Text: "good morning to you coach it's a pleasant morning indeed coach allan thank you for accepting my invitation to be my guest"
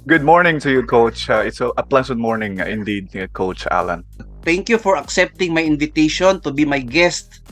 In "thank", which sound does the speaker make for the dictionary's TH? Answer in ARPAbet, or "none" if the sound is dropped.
T